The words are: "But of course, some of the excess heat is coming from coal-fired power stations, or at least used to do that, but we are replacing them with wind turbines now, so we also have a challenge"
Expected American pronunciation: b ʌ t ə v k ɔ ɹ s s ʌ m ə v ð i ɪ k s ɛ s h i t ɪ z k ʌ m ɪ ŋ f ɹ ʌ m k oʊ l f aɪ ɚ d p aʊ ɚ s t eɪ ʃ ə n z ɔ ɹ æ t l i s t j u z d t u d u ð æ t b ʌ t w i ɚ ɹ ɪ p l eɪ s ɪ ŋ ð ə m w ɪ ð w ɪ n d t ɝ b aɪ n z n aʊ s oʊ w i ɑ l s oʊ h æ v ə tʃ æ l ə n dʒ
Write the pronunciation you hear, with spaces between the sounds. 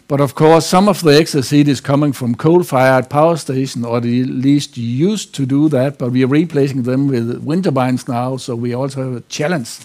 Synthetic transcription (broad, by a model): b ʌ t ə v k ɔ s s ʌ m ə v ð i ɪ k s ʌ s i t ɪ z k ʌ m ɪ ŋ f ɹ ʌ m k oʊ l f aɪ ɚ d p aʊ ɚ s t eɪ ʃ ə n ɔ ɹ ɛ l i s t j u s t u d u ð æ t b ʌ t w i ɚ ɹ ɪ p l eɪ s ɪ ŋ ð ə m w ɪ ð w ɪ n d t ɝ b aɪ n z n aʊ s oʊ w i ɑ l s oʊ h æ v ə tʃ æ l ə n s